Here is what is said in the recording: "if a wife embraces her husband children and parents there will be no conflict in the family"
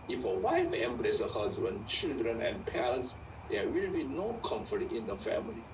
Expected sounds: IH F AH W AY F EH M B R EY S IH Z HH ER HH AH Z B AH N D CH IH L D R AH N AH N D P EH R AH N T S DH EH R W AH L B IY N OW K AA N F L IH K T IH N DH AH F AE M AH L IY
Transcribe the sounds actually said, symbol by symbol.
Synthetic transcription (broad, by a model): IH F AH W AY F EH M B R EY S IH HH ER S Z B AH N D CH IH L D R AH N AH N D P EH R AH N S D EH W AH L B IY N OW K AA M F IH T IH N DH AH F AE M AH L IY